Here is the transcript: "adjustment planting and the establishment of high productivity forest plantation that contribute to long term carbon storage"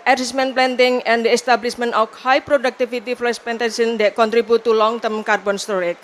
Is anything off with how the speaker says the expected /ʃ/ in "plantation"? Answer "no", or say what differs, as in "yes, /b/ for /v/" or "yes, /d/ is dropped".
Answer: yes, /s/ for /ʃ/